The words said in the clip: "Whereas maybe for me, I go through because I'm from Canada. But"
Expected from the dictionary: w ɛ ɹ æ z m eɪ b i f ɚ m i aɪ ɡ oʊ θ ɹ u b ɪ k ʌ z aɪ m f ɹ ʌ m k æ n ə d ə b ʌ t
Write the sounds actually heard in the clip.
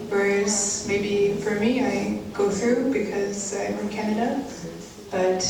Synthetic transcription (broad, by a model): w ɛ ɹ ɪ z m eɪ b i f ɚ m i aɪ ɡ oʊ θ ɹ u b ɪ k ʌ z aɪ m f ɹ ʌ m k æ n ə d ə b ʌ t